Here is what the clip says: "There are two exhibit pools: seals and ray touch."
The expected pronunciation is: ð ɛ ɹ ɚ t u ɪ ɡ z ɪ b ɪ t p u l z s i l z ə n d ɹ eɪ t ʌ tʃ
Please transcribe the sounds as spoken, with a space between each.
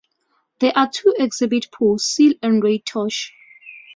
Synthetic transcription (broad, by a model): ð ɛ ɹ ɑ t u ɪ ɡ z ɪ b ɪ t p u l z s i l ə n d ɹ eɪ t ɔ ʃ